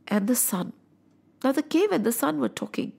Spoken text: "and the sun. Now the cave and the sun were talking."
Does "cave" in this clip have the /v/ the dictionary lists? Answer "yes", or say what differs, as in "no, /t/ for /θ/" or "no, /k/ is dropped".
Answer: yes